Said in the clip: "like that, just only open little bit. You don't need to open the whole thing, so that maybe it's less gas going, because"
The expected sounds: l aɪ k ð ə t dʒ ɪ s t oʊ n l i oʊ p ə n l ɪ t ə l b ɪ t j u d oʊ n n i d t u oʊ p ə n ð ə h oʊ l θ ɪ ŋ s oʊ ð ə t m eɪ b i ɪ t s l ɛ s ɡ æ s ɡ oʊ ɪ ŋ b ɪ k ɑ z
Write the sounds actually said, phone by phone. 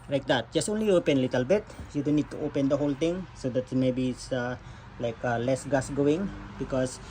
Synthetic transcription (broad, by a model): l aɪ k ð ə t dʒ ɪ s t oʊ n l i oʊ p ə n l ɪ t ə l b ɪ t j u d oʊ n n i d t u oʊ p ə n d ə h oʊ l t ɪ ŋ s oʊ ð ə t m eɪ b i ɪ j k l ɛ s ɡ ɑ s ɡ oʊ ɪ ŋ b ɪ k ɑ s